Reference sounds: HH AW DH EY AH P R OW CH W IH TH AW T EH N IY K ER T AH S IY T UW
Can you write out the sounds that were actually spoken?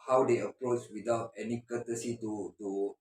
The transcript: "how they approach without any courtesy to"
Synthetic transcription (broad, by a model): HH AW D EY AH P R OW S W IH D AW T EH N IY K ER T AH S IY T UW